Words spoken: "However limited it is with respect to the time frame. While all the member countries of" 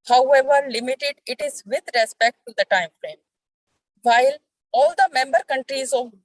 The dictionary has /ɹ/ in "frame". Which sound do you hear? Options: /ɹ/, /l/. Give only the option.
/l/